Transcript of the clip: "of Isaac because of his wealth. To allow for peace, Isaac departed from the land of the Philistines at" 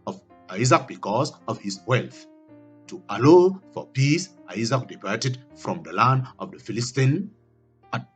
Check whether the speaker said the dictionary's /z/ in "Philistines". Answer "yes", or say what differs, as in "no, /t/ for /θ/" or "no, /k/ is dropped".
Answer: no, /z/ is dropped